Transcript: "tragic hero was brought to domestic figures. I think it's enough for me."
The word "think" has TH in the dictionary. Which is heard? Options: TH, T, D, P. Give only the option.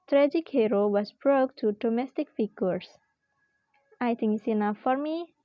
T